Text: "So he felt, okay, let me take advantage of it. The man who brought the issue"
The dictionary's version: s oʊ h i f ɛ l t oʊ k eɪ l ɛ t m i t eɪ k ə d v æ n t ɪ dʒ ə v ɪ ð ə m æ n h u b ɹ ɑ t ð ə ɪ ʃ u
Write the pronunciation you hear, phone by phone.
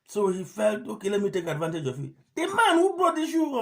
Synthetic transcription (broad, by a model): s oʊ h i f ɛ l t oʊ k eɪ l ɛ t m i t eɪ k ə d v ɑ n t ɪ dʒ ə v ɪ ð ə m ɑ n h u b ɑ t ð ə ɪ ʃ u